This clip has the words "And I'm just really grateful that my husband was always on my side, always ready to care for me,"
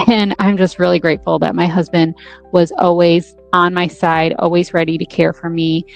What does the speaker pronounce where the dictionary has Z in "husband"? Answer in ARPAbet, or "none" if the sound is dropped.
Z